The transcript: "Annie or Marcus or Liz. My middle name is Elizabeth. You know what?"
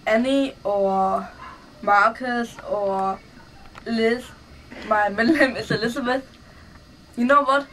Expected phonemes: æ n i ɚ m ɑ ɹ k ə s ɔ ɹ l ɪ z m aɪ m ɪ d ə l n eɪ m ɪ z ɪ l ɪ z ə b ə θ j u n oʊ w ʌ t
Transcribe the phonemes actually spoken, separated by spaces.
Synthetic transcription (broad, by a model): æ n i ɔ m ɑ k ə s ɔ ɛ l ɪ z m aɪ m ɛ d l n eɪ m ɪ s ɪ l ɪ s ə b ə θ j u n oʊ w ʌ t